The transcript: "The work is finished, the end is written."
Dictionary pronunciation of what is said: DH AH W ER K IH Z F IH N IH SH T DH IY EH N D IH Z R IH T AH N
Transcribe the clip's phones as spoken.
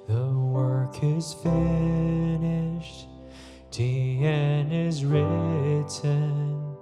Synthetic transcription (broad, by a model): DH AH W ER K IH Z F IH N IH SH T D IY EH N IH Z R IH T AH N